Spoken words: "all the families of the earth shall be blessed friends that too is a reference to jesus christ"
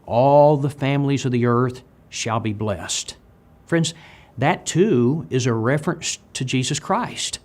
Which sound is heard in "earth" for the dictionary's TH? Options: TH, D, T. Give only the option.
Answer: TH